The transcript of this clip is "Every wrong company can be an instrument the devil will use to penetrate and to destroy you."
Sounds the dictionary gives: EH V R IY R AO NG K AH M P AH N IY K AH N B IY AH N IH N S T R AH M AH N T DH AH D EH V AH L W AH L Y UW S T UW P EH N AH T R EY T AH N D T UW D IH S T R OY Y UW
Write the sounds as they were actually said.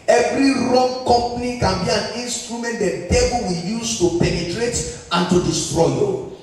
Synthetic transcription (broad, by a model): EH V R IY R AO NG K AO M P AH N IY K AH N B IY AH N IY N S T R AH M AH N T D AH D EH B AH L W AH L Y UW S T UW P EH N AH T R EY T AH N T UW D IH S T R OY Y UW